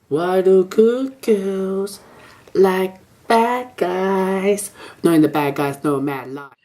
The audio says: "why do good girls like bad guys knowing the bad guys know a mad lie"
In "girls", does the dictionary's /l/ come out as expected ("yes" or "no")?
no